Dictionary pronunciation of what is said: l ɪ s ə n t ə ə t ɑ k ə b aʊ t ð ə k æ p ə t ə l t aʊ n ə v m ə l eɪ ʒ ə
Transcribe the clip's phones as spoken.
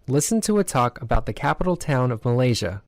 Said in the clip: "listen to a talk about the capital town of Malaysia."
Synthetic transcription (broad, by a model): l ɪ s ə n t ə ə t ɑ k ə b aʊ t ð ə k æ p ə t l t aʊ n ə v m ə l eɪ ʒ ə